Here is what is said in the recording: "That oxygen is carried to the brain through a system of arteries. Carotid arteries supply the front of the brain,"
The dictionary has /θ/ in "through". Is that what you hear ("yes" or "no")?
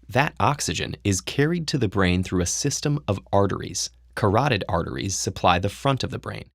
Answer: yes